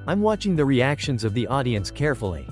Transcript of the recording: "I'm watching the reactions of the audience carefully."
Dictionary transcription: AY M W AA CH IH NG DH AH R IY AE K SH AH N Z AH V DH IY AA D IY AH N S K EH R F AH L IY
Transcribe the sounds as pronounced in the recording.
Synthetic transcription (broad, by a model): AY M W AA CH IH NG DH AH R IY AE K SH AH N Z AH V DH IY AA D IY AH N S K EH R F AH L IY